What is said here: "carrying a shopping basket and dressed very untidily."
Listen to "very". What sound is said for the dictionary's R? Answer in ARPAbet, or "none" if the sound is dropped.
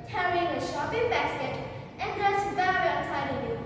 R